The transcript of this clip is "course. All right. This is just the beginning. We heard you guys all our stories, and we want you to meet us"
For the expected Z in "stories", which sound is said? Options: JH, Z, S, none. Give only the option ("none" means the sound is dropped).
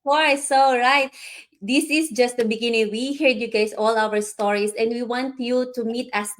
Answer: S